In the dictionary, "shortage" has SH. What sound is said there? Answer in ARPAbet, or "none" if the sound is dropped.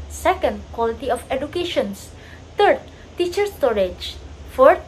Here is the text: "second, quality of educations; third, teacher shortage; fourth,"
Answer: S